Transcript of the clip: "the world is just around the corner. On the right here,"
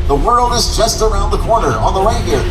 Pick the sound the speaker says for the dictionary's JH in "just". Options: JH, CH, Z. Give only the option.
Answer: CH